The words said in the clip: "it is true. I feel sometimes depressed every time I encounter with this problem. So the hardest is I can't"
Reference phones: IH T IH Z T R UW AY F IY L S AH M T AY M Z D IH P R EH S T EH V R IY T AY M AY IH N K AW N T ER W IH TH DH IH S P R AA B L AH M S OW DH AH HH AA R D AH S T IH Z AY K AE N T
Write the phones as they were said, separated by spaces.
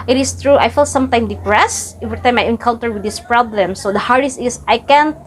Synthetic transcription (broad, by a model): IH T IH S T R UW AY F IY L S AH M T AY M D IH P R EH S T EH V R IY T AY M AY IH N K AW L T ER W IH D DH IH S P R AA B L AH M S OW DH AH HH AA R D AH S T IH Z AY K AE N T